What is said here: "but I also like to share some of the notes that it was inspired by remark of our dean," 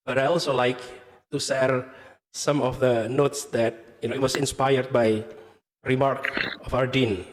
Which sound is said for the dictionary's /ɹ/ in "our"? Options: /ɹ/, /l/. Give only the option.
/ɹ/